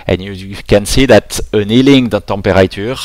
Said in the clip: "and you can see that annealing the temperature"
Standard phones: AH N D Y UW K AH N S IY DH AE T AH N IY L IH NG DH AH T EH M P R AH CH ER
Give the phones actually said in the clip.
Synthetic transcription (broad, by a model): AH N Y UW K AH N S IY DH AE T AH N IY L IH NG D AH T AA P R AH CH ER